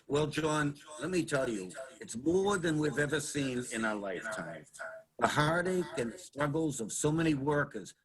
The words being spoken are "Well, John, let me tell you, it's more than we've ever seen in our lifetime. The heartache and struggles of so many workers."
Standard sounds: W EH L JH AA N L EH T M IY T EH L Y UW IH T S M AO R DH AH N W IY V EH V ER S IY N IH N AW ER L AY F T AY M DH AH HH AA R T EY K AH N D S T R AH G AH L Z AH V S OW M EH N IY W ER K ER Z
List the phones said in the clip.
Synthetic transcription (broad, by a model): W EH L JH AA N L EH T M IY T EH L Y UW IH T S M AO R DH AH N W IY V EH V ER S IY N IH N AW ER L AY F T AY M DH AH HH AA R T EY K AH N S T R AH G L Z AH V S OW M EH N IY W ER K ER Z